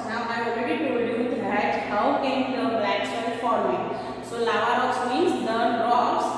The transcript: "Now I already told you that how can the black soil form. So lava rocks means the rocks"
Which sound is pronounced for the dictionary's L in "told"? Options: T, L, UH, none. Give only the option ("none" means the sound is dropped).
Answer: none